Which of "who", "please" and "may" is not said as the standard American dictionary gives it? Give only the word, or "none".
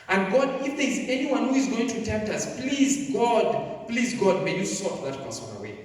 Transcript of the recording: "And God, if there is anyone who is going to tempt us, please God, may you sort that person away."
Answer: none